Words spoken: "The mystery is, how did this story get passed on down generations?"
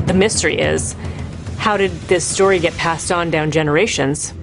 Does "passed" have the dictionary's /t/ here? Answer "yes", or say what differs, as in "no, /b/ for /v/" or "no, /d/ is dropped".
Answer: yes